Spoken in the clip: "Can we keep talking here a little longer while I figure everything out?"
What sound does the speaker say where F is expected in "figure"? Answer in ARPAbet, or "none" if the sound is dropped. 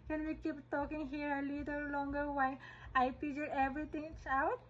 P